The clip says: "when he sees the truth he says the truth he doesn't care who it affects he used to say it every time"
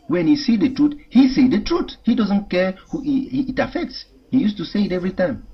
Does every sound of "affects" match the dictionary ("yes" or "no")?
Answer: yes